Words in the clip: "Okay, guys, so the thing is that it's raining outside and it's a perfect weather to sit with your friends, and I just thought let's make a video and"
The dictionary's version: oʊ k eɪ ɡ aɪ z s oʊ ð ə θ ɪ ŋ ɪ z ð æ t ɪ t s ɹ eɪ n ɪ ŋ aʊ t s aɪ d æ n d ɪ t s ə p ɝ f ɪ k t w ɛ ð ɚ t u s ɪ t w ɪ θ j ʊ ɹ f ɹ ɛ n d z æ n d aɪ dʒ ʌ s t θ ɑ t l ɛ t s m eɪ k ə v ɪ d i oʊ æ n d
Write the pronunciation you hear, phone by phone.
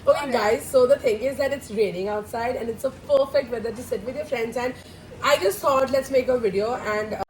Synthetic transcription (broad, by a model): oʊ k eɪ ɡ aɪ z s oʊ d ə t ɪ ŋ ɪ z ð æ t ɪ t s ɹ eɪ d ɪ ŋ aʊ t s aɪ d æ n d ɪ t s ə p ɝ f ɪ k t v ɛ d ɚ t u s ɪ t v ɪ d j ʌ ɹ f ɹ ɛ n d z æ n d aɪ dʒ ʌ s t t ɑ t l ɛ t s m eɪ k ə v ɪ d i oʊ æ n d